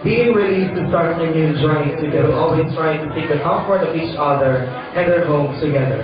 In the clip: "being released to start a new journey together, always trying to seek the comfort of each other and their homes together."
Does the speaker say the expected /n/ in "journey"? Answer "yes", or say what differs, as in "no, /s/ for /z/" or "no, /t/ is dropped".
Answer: no, /n/ is dropped